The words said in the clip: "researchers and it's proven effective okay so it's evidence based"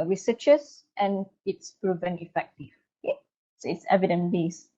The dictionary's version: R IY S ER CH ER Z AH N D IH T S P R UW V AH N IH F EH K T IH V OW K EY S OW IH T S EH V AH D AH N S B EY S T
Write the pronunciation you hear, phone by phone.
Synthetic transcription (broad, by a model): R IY S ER CH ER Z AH N IH T S P R UW V AH N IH F EH K T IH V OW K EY S OW IH T S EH V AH D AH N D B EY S